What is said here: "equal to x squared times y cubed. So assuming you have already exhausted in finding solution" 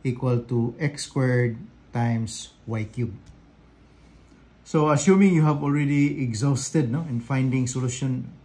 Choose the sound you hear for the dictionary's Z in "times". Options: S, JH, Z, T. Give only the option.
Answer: S